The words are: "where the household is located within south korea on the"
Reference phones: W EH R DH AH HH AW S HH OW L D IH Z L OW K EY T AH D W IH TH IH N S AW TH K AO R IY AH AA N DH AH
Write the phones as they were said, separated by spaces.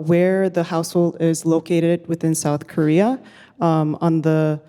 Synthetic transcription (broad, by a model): W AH R DH AH HH AW S HH OW L D IH Z L OW K EY T AH D W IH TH IH N S AW TH K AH R IY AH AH N DH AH